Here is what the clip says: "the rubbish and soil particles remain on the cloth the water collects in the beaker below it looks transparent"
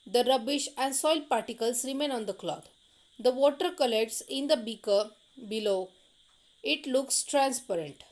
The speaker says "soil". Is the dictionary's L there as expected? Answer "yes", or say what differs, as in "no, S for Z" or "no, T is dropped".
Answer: yes